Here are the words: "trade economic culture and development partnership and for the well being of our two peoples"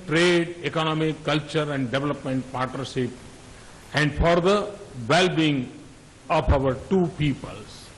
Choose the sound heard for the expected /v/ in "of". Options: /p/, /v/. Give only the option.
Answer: /p/